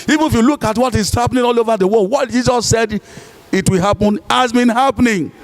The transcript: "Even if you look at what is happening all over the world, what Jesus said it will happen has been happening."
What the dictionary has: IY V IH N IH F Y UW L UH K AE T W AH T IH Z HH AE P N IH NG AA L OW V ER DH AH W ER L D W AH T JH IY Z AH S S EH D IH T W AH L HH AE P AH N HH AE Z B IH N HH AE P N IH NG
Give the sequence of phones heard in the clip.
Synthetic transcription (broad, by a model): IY V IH N IH F Y UW L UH K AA T W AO T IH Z HH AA P N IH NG AA L OW V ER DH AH W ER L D W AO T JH IY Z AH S S EH D IH T W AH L HH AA P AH N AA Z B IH N HH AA P N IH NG